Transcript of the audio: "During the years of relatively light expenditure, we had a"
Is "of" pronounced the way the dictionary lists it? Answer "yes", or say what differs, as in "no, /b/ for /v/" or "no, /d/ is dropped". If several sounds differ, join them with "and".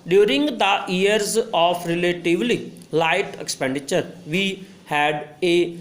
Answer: no, /p/ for /v/